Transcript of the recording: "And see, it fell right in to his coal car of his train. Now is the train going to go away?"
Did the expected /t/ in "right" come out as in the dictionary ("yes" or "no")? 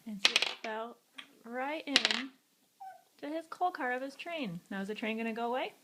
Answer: yes